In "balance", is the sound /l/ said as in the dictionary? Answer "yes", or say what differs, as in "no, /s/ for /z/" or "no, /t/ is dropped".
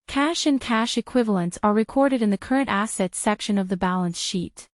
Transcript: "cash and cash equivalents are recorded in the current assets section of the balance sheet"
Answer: yes